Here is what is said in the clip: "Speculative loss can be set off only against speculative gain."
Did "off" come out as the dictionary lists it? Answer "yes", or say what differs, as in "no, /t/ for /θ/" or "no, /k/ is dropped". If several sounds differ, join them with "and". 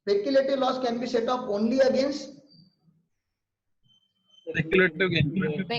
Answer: no, /p/ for /f/